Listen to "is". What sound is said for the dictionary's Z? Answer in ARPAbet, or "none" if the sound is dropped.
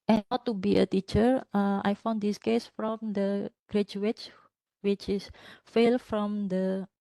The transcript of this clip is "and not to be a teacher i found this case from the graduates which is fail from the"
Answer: S